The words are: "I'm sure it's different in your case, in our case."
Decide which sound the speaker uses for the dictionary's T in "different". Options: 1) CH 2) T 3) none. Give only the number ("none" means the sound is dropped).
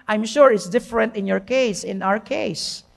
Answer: 2